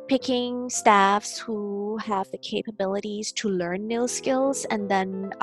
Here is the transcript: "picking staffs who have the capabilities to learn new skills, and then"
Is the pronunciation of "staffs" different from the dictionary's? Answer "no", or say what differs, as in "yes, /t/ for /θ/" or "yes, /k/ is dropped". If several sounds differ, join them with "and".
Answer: no